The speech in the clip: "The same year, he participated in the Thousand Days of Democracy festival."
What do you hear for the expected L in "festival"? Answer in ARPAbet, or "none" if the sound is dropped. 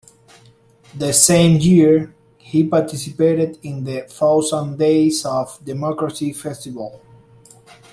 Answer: L